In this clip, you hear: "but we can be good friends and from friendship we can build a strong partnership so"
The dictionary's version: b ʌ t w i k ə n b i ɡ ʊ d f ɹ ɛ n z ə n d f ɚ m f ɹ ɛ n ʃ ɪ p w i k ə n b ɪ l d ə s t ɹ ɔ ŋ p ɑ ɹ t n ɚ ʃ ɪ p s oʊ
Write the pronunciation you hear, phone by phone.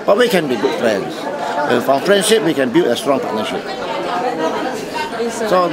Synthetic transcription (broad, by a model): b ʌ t w i k ə n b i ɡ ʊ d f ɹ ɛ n s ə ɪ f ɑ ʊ f ɹ ɛ n ʃ ɪ p w i k ə n b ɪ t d ə s t ɹ ɔ ŋ p ɑ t n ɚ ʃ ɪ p s oʊ